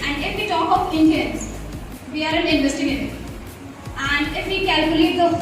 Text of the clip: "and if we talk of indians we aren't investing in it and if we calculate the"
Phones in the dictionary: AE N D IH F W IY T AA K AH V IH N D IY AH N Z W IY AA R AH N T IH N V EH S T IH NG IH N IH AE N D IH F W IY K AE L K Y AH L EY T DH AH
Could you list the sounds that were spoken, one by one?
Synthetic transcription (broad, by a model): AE N D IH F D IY T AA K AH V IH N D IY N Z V IY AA R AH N IH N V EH S T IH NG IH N IH AE N D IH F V IY K AE L K Y AH L EY T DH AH